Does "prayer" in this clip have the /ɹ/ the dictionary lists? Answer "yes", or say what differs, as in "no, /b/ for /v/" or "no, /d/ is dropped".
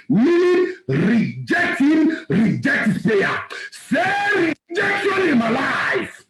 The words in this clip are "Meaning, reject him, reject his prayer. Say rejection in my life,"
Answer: no, /ɹ/ is dropped